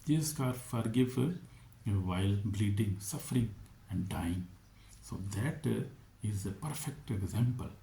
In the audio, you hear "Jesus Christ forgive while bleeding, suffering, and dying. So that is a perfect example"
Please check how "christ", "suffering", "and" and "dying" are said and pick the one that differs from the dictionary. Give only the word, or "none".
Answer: christ